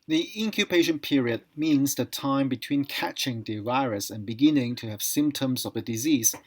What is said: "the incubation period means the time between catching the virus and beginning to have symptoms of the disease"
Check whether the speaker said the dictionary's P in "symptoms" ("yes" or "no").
yes